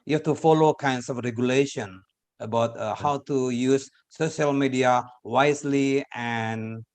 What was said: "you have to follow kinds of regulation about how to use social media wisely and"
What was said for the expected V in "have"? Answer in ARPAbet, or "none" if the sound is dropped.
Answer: F